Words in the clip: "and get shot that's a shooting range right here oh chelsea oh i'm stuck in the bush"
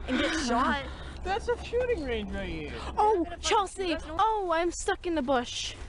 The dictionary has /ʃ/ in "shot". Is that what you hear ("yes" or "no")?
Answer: no